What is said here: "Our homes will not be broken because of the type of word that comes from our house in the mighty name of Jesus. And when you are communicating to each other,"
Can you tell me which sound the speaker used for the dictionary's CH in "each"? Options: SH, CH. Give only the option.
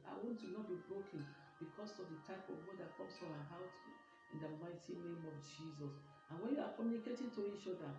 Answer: SH